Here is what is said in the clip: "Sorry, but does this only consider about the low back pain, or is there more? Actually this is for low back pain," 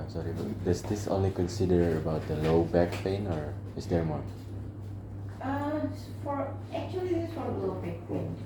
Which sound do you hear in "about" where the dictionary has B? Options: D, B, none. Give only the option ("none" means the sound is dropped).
B